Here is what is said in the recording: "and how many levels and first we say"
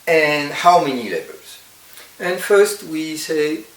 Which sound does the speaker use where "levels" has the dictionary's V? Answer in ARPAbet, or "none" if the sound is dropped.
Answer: B